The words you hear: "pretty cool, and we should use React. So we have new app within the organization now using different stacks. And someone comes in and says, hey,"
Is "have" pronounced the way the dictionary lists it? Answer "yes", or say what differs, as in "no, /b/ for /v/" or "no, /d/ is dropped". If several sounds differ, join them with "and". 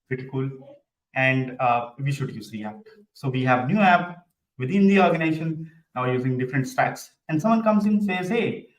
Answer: yes